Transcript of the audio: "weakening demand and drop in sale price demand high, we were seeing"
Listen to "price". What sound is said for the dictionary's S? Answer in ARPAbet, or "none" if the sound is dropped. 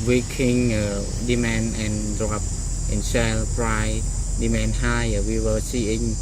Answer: none